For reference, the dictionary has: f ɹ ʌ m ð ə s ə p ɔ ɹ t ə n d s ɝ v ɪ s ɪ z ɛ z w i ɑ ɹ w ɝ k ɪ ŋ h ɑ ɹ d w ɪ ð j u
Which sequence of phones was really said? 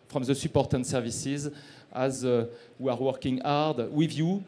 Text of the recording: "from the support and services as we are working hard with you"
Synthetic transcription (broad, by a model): f ɹ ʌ m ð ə s ə p ɔ ɹ t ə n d s ɝ v ɪ s ɪ z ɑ z w i ɑ ɹ w ɝ k ɪ ŋ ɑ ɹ d w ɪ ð j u